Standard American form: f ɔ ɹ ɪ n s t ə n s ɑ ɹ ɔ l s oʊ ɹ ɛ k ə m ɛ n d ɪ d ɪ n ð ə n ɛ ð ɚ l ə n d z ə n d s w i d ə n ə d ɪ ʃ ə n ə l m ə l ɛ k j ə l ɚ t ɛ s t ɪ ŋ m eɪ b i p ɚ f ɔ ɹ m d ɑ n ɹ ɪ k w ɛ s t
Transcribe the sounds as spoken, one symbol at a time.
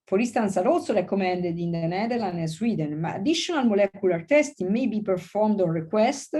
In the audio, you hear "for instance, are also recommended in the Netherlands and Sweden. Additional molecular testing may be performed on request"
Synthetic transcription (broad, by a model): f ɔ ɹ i s t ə n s ɑ ɹ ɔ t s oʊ ɹ ɛ k ə m ɛ n d ɪ d ɪ n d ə n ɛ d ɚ l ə n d ə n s w i d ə n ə d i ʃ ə n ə l m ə l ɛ k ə l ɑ t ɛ s t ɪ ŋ m eɪ b i p ɚ f ɔ ɹ m d ɑ n ɹ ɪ k w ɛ s t